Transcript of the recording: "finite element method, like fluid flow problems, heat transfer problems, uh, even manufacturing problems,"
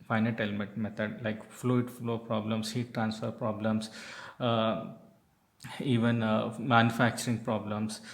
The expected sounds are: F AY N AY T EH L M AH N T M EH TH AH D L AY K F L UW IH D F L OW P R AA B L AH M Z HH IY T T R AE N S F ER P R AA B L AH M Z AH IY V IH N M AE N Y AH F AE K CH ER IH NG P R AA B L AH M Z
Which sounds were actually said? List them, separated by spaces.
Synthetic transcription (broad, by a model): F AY N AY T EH L M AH T M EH T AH D L AY K F L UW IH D F L OW P R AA B L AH M S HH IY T T R AE N S F ER P R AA B L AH M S IY V IH N M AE N Y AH F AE K CH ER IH NG P R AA B L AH M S